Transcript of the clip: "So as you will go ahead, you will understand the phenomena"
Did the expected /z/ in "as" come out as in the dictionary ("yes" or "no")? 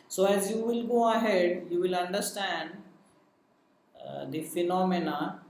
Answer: yes